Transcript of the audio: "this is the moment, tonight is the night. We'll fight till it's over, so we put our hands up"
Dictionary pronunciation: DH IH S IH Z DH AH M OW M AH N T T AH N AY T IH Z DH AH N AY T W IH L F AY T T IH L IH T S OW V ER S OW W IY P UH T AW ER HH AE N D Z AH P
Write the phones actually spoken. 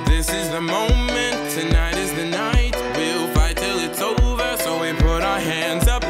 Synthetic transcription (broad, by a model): DH IH S IH Z DH AH M OW M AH N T T AH N AY T IH Z DH AH N AY T W IH L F AY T T IH L IH T S OW V ER S OW W IY P UH T AW ER HH AE N D Z AH P